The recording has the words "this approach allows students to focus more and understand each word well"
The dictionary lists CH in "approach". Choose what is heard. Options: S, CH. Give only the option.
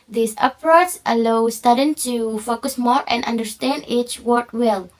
S